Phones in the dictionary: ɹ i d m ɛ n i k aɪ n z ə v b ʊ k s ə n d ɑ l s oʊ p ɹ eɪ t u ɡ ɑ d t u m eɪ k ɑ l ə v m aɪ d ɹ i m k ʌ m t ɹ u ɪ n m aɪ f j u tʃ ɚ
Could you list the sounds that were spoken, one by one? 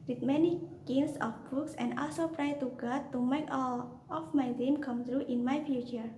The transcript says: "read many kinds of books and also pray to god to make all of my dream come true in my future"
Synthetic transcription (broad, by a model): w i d m ɛ n i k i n s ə f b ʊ k s ə n d ɑ l s oʊ p ɹ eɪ t u ɡ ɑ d t u m eɪ k ɑ l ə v m aɪ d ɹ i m k ʌ m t ɹ u ɪ n m aɪ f j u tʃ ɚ